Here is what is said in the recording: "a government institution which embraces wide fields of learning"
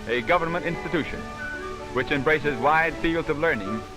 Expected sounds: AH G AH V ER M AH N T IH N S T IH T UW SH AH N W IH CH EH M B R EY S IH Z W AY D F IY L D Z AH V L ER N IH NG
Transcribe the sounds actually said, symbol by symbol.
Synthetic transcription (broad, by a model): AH G AH V ER M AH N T IH N S T IH T UW SH AH N W IH CH EH M B R EY S IH Z W AY D F IY L D Z AH V L ER N IH NG